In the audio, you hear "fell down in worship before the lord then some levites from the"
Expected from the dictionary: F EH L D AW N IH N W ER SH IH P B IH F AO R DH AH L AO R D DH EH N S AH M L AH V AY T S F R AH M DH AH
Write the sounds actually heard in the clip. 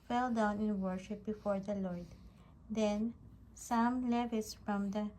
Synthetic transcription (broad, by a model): F EH L D AW N IH N W ER SH IH P B IH F AO R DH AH L AO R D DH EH N S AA M L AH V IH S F R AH M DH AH